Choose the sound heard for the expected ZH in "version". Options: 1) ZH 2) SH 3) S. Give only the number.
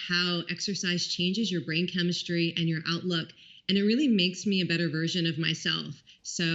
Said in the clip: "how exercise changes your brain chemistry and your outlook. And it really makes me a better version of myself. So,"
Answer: 1